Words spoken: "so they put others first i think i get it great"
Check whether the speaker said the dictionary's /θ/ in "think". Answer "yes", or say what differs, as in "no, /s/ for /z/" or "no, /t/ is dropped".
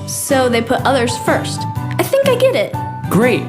yes